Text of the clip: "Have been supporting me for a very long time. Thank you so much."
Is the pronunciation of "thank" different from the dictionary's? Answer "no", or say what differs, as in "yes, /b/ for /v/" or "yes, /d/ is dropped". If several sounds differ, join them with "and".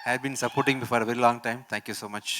yes, /t/ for /θ/